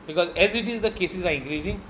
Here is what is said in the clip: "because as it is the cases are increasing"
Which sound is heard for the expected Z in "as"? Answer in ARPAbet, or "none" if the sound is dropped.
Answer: Z